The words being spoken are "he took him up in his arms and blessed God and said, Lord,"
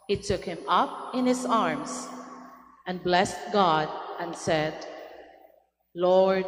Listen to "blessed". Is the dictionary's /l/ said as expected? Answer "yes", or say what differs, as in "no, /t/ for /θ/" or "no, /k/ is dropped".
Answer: yes